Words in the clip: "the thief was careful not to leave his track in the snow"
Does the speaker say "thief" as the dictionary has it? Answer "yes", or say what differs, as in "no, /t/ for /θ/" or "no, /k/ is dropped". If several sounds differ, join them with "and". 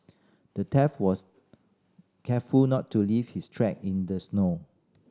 no, /t/ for /θ/